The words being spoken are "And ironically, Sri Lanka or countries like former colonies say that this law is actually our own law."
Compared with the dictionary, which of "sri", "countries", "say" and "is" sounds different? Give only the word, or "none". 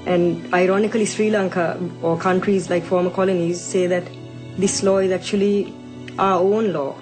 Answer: none